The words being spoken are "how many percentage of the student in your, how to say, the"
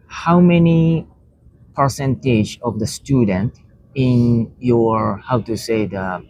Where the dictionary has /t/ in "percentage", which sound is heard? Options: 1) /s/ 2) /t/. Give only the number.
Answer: 2